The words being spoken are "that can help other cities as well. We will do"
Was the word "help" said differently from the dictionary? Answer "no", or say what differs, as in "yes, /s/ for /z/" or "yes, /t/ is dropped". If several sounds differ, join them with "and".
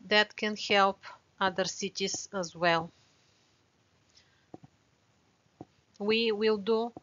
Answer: no